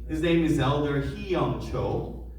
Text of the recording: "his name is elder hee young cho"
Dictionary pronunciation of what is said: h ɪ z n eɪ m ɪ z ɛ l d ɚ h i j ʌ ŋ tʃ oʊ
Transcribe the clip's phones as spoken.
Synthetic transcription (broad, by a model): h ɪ z n eɪ m ɪ z ɛ l d ɚ h i j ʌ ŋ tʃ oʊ